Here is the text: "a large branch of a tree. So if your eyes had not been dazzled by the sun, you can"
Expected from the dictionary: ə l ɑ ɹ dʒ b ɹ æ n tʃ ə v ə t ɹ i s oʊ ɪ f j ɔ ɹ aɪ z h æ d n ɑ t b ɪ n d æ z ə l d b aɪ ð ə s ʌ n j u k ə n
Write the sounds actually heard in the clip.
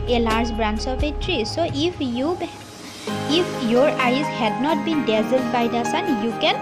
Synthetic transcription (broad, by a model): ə l ɑ ɹ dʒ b ɹ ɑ n s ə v ə t ɹ i s oʊ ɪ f j ɔ ɹ aɪ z h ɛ d n ɑ t b ɪ n d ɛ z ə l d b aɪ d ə s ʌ n j u k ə n